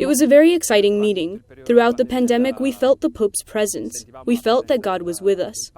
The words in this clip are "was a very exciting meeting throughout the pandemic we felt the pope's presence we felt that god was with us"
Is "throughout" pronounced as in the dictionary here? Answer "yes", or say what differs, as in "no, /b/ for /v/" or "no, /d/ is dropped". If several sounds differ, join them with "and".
yes